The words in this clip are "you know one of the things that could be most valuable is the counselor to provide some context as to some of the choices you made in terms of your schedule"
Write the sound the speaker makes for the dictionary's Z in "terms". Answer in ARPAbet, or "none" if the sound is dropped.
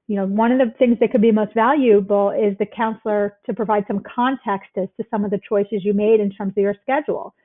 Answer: Z